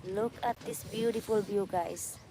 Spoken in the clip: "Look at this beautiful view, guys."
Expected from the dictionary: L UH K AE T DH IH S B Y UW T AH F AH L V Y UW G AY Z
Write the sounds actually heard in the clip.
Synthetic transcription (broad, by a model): L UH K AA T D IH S B Y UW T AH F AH L B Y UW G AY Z